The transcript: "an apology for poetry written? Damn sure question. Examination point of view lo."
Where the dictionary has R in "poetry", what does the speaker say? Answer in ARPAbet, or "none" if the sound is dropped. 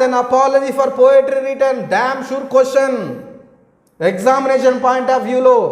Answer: R